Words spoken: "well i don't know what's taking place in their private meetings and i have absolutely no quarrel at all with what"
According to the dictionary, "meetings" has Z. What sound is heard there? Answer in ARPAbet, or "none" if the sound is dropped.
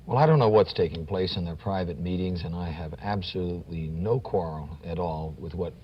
Z